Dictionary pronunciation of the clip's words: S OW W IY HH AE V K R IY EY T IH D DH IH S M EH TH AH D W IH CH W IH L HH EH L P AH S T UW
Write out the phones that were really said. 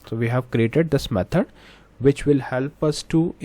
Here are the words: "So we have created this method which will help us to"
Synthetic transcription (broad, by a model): S OW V IY HH AE V K R IY EY T IH D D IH S M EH T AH D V IH CH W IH L HH EH L P AH S T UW